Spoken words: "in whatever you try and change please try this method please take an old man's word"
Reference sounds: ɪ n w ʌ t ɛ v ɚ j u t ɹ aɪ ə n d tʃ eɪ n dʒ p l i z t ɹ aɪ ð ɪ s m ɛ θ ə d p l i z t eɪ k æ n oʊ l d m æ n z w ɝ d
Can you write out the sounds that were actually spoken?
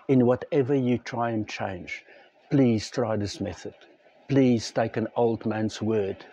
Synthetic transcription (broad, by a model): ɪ n w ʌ t ɛ v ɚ j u t ɹ aɪ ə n tʃ eɪ n dʒ p l i z t ɹ aɪ ð ɪ s m ɛ θ ə d p l i z t eɪ k æ n oʊ l d m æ n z w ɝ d